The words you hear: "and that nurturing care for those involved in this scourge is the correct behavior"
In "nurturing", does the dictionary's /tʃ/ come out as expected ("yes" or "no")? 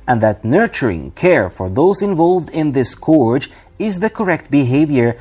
yes